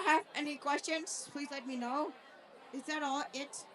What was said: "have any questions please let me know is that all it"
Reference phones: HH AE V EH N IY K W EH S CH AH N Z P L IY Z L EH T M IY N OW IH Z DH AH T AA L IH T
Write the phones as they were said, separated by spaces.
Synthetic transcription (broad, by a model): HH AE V EH N IY K W EH S CH AH N Z P L IY Z L EH T M IY N OW IH Z DH AH T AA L IH T